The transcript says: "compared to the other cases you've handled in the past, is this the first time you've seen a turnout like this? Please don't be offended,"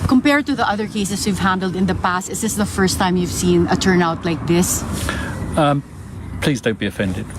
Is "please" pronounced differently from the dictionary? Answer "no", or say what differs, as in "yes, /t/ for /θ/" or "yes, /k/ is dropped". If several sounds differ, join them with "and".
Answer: no